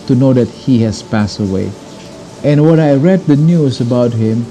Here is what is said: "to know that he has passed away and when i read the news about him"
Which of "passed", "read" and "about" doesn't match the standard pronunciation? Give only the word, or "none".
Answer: none